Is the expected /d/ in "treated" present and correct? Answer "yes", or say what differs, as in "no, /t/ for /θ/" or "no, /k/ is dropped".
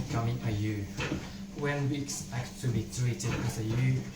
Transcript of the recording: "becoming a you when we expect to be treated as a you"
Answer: no, /d/ is dropped